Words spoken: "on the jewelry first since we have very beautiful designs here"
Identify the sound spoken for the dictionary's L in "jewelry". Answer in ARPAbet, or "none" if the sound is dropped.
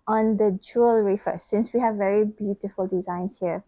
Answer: L